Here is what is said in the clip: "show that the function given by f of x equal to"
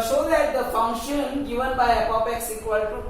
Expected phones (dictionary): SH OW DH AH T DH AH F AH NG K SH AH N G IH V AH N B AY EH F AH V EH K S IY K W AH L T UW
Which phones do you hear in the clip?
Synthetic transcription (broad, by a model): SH OW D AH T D AH F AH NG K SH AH N G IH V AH N B AY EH P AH P EH K S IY K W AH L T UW